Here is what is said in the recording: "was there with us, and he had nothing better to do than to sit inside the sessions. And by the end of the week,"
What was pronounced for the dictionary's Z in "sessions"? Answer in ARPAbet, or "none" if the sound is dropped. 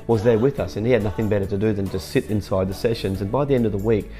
Z